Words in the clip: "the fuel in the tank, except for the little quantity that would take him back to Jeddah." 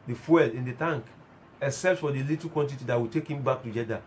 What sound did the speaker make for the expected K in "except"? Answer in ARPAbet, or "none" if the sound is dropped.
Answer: none